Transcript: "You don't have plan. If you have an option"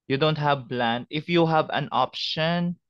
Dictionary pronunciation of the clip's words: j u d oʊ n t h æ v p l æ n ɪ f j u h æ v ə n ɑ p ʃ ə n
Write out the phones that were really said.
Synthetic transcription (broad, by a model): j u d oʊ n t h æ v b l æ n ɪ f j u h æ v ə n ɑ p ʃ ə n